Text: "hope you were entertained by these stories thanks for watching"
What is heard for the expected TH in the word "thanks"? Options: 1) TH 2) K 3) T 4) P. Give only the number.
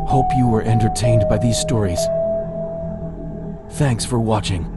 1